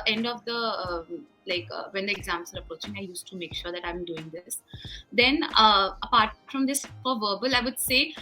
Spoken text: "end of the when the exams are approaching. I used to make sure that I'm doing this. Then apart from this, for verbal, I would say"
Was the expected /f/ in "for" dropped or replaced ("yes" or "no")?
yes